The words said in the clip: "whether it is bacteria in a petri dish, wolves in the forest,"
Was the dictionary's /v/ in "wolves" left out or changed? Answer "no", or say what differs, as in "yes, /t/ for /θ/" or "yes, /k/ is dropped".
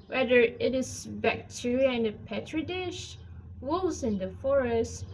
yes, /v/ is dropped